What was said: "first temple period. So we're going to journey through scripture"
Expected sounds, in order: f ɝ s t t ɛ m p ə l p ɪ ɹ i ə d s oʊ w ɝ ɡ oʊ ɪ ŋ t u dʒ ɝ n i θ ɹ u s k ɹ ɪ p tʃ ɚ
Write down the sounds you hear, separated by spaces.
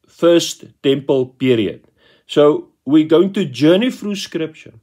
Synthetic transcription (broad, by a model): f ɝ s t t ɛ m p ə l p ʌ ɹ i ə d s oʊ w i ɡ oʊ ɪ ŋ t u dʒ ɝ n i f ɹ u s k ɹ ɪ p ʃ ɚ